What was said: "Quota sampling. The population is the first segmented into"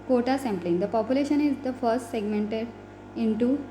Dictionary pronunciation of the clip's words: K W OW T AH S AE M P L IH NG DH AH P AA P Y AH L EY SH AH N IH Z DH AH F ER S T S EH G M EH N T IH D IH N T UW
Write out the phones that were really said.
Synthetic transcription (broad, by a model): K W OW T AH S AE M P L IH NG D AH P AA P Y AH L EY SH AH N IH Z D AH F ER S T S EH G M EH N T IH D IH N T UW